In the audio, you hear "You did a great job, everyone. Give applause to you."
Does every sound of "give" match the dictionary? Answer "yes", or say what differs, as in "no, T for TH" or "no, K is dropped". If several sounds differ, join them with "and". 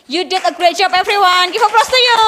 no, F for V